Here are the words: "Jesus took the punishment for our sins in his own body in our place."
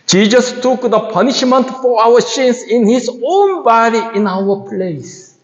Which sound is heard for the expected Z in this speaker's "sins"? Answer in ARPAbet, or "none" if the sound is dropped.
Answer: S